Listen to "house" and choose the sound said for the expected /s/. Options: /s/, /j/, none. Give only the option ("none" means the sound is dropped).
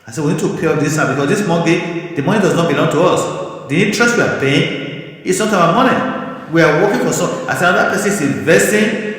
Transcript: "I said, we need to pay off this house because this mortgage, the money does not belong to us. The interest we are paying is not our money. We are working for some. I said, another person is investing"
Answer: none